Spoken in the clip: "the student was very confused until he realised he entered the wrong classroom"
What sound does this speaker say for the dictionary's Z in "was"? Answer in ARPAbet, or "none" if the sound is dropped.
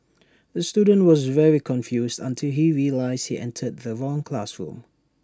Z